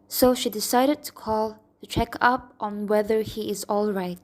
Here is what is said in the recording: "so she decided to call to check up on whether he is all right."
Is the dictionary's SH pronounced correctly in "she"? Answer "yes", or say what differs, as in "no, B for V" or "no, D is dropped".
yes